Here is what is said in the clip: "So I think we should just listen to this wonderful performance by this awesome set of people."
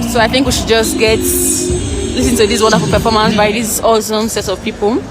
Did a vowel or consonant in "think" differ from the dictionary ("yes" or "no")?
no